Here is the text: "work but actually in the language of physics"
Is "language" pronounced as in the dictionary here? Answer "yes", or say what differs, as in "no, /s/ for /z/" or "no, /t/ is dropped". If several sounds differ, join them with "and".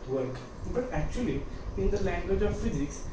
yes